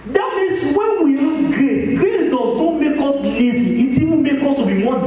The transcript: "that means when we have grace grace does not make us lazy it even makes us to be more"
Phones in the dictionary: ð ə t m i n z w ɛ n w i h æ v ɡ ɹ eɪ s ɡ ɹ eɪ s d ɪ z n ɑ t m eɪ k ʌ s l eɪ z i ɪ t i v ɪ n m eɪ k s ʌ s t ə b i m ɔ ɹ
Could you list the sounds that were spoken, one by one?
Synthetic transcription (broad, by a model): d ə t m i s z w ɛ n w i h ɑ ɡ ɹ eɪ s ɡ ɹ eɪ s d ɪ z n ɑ m eɪ k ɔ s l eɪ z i ɪ t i w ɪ m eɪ k ɔ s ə b i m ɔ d